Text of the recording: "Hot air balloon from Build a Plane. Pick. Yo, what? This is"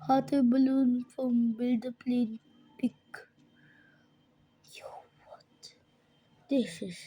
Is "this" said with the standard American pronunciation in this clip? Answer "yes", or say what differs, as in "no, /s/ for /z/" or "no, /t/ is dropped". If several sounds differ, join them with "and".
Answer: no, /ʃ/ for /s/